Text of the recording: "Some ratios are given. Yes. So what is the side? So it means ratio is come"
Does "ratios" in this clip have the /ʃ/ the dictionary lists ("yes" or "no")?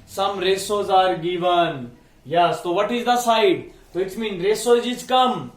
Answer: no